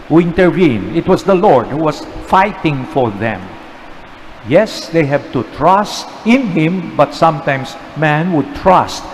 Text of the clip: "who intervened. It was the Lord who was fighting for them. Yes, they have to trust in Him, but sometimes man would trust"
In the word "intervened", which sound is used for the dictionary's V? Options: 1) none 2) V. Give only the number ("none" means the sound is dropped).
1